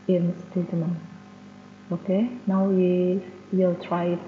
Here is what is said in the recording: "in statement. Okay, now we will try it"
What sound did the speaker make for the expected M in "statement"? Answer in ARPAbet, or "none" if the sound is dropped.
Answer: none